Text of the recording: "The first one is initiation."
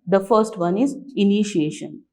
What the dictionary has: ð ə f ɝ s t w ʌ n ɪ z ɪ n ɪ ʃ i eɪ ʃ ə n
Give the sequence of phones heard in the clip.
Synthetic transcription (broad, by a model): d ə f ɝ s t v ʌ n ɪ z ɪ n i ʃ i eɪ ʃ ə n